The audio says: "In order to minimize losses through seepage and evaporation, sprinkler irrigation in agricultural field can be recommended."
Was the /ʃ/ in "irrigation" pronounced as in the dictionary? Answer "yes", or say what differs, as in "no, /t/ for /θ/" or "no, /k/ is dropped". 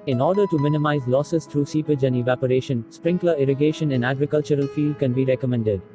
yes